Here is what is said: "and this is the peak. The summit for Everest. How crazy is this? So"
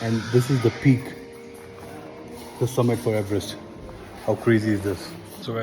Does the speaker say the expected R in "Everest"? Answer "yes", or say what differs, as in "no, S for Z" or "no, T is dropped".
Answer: yes